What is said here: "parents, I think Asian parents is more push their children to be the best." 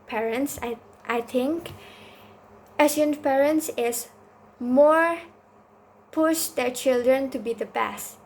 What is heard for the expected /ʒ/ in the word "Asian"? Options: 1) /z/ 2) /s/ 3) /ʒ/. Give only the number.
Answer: 2